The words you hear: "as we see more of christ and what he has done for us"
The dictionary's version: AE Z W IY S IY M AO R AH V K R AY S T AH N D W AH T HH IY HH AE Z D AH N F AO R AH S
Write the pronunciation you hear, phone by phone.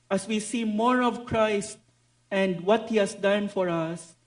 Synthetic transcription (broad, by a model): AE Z W IY S IY M AO R AH V K R AY S T AH N D W AH T HH IY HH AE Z D AH N F AO R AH S